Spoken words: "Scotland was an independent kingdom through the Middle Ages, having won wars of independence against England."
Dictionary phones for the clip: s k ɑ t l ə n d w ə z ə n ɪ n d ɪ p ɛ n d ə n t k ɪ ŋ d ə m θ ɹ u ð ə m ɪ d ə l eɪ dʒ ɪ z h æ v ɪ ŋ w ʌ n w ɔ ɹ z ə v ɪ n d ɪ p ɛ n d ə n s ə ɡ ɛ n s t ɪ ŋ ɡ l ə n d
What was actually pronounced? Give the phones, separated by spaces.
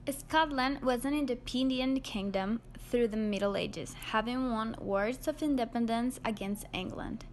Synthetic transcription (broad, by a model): s k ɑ t l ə n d w ə z ə n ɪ n d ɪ p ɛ n d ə n k ɪ ŋ d ə m θ ɹ u ð ə m ɪ d l eɪ dʒ ɪ z h æ v ɪ ŋ w ʌ n w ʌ ɹ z ə v ɪ n d ɪ p ɛ n d ə n s ə ɡ ɛ n s t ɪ ŋ ɡ l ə n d